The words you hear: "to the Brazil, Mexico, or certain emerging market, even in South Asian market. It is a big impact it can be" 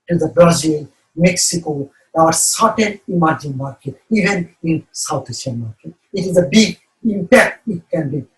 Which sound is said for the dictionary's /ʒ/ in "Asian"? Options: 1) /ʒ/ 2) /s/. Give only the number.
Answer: 2